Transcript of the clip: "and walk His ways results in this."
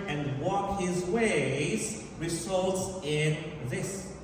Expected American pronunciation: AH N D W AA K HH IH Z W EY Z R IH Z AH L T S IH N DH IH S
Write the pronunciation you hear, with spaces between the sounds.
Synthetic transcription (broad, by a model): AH N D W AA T HH IH Z W EY Z R IH Z AH L T S IH N DH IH S